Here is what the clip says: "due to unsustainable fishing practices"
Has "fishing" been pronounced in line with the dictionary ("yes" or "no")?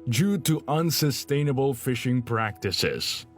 yes